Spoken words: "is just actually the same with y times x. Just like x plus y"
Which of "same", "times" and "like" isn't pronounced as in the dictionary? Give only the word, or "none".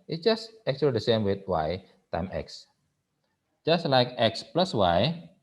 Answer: times